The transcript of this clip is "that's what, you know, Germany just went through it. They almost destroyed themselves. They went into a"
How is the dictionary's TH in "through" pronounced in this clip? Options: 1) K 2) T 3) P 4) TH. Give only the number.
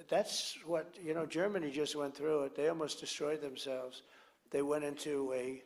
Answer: 4